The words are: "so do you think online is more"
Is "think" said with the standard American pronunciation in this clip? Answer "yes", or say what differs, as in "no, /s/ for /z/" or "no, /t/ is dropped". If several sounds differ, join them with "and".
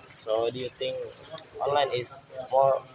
no, /t/ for /θ/